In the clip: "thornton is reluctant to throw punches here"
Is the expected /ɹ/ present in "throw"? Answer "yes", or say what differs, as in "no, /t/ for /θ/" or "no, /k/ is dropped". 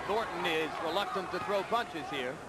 yes